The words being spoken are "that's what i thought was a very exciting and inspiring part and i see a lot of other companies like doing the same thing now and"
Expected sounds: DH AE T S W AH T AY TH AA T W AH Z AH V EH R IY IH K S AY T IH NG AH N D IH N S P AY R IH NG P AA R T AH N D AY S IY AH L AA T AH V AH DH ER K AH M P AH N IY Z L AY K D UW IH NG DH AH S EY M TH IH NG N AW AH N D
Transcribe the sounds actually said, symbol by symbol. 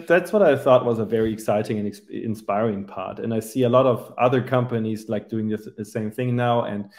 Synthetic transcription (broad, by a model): DH AE T S W AH T AY TH AA T W AH Z AH V EH R IY IH K S AY T IH NG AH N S IH N S P AY R IH NG P AA R T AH N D AY S IY AH L AA T AH V AH DH ER K AH M P AH N IY Z L AY K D UW IH NG DH AH S EY M TH IH NG N AW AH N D